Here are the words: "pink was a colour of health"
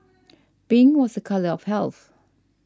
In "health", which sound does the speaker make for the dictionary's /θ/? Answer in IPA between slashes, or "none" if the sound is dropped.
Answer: /θ/